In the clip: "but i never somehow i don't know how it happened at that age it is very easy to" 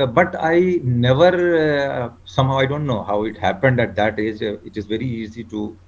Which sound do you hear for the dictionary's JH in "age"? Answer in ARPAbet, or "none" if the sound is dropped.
JH